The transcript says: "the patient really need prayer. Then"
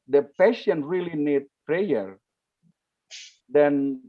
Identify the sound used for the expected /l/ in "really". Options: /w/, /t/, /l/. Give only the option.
/l/